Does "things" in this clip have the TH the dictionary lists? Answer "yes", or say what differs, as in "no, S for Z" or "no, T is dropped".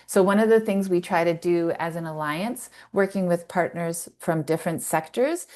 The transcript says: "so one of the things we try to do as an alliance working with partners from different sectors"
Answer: yes